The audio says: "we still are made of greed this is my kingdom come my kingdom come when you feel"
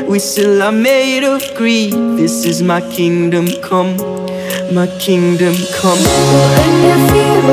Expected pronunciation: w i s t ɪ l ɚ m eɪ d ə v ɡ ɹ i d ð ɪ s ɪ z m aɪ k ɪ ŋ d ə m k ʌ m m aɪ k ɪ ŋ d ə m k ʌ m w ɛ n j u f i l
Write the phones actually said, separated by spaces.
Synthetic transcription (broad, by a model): w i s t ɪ l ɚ m eɪ d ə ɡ ɹ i ð ɪ s ɪ z m aɪ k ɪ ŋ d ə m k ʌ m m aɪ k ɪ ŋ d ə m k ʌ m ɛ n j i